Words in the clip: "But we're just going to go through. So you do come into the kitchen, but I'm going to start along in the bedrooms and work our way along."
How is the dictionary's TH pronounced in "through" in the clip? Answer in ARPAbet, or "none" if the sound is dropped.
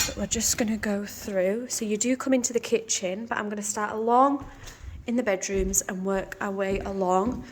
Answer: TH